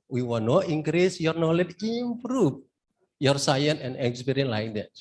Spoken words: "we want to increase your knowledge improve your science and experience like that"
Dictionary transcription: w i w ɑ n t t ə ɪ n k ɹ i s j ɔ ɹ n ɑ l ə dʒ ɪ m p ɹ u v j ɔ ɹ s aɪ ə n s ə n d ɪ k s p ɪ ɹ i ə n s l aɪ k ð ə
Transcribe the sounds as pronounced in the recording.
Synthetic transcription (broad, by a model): w i w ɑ n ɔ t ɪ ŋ k ɹ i s j ɔ ɹ n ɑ l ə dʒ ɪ m p ɹ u f j ɔ ɹ s aɪ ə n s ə n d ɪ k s p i ɹ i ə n l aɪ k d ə